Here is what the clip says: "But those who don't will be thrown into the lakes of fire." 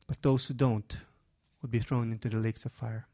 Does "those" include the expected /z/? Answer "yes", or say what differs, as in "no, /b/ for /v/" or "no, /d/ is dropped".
no, /s/ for /z/